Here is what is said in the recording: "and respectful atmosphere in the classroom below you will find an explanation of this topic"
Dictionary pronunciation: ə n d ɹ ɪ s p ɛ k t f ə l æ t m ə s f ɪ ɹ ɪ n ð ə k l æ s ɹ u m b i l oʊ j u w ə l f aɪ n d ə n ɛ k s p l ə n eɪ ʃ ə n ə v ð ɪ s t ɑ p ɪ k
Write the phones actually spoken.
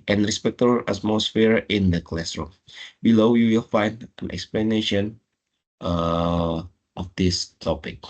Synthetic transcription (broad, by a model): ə n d ɹ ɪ s p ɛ k t ə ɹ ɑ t m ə s f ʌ ɹ ɪ n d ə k l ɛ s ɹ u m b i l oʊ j u w ə l f aɪ n d ə n ɛ k s p l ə n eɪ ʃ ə n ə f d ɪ s t ɑ p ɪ k